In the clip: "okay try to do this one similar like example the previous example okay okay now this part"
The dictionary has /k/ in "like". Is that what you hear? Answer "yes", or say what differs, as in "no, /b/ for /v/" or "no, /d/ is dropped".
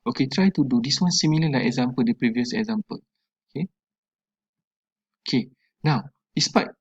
no, /k/ is dropped